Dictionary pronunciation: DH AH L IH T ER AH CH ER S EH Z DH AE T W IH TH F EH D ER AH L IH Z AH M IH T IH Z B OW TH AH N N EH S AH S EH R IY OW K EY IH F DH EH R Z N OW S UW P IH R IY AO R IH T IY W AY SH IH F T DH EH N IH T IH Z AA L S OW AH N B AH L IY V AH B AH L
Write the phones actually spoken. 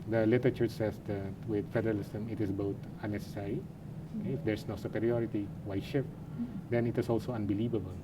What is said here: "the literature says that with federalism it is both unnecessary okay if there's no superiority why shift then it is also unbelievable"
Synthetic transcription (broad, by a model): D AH L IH T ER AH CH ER S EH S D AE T W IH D F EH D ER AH L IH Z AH M IH T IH S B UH T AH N N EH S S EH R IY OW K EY IH F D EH R S N OW S UW P IH R IY AO R IH T IY W AY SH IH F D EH N IH T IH S AA L S OW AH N B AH L IY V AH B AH L